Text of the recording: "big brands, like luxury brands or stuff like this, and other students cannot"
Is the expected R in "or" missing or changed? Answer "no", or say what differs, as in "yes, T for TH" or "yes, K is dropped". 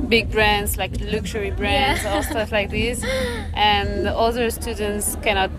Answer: yes, L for R